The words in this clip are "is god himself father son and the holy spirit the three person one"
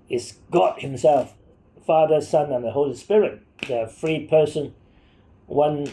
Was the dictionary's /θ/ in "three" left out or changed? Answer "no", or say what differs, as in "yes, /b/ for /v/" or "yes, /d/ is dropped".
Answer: yes, /f/ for /θ/